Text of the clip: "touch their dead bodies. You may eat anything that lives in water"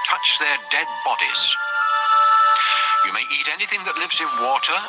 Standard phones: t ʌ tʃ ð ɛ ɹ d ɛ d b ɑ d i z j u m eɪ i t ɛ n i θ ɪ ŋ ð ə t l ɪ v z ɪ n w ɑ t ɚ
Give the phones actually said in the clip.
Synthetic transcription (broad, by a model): t ʌ tʃ ð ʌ ɹ d ɛ d b ɑ d i z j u m eɪ i t ɛ n i θ ɪ ŋ ð ə t l ɪ v z ɪ n w ɑ t ɚ